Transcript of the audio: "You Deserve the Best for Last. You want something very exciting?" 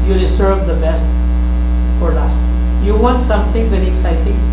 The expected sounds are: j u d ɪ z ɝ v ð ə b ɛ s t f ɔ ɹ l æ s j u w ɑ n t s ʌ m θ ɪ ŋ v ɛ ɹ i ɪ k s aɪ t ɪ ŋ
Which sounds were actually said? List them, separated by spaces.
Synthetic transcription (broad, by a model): j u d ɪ s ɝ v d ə b ɛ s t f ɔ ɹ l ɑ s j u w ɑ n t s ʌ m t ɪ ŋ v ɛ ɹ i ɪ k s aɪ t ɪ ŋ